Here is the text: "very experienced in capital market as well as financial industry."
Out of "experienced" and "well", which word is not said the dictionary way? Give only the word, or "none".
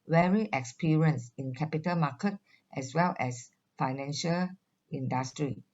experienced